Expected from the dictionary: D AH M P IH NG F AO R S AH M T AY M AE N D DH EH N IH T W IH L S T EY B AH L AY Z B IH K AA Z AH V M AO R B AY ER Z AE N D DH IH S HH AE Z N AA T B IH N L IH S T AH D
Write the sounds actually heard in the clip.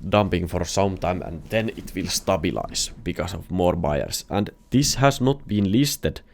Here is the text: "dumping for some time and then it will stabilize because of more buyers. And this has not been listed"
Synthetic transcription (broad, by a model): D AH M P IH NG F AO R S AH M T AY M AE N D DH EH N IH T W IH L S T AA B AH L AY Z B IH K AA S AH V M AO R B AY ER S AE N D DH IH S HH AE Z N AA T B IH N L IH S T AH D